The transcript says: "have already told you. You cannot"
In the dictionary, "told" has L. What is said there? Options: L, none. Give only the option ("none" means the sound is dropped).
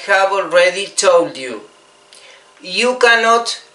L